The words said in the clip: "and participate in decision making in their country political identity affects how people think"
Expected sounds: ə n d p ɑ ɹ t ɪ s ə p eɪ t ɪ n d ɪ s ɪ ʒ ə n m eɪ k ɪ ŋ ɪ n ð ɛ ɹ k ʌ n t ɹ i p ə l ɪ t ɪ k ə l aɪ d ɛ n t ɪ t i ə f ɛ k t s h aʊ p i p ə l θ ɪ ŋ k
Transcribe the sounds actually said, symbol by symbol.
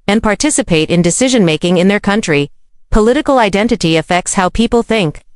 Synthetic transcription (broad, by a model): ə n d p ɑ ɹ t ɪ s ə p eɪ t ɪ n d ɪ s ɪ ʒ ə n m eɪ k ɪ ŋ ɪ n ð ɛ ɹ k ʌ n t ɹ i p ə l ɪ t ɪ k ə l aɪ d ɛ n t ɪ t i ə f ɛ k t s h aʊ p i p l θ ɪ ŋ k